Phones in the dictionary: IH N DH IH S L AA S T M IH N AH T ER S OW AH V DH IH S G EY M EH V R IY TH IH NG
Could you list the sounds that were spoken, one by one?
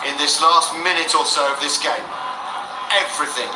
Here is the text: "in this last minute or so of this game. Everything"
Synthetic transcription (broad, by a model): IH N DH IH S L AA S T M IH N AH T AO S OW AH V DH IH S G EY M EH V R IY TH IH NG